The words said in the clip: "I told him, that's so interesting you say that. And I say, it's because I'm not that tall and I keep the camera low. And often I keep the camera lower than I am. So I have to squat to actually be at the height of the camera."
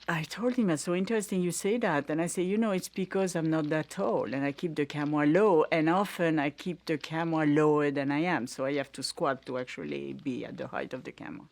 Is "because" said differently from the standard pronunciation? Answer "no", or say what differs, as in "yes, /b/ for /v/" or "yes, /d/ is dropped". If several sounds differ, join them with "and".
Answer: no